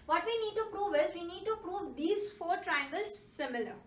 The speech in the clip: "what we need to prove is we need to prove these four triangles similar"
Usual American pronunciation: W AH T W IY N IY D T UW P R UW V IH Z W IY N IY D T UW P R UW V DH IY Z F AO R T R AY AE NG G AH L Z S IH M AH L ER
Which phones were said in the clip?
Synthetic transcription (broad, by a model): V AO T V IY N IY D T UW P R UW V IH Z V IY N IY D T UW P R UW V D IY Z F AO R T R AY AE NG G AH L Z S IH M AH L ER